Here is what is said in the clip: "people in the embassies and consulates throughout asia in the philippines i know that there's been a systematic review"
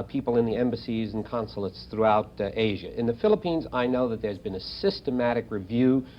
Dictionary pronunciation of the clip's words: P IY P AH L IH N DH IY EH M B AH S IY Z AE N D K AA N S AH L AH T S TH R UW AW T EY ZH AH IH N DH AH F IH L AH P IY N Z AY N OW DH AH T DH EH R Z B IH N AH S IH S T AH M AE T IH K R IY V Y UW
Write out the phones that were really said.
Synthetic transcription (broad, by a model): P IY P L IH N DH IY EH M B AH S IY Z N K AA N S L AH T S TH R UW AW T EY ZH AH IH N DH AH F IH L AH P IY N Z AY N OW DH AH T DH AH R Z B IH N AH S IH S T AH M AE T IH K R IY V Y UW